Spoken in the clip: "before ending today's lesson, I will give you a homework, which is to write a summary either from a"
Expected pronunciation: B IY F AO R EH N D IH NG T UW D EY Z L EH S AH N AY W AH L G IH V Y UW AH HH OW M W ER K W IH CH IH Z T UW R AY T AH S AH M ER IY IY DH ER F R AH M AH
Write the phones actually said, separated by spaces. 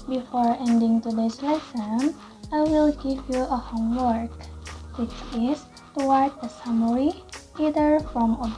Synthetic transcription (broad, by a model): B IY F AO R EH N D IH NG T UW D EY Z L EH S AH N AY W AH L G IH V Y UW AH HH OW M W ER K W IH CH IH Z T UW W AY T AH S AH M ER IY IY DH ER F R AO M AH